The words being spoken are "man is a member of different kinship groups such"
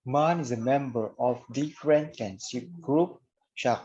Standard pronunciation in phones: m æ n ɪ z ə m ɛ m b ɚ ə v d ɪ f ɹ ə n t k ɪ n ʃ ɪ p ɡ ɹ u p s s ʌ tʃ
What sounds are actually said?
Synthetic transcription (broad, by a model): m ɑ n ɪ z ə m ɛ m b ɚ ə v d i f ɹ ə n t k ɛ n s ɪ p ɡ ɹ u p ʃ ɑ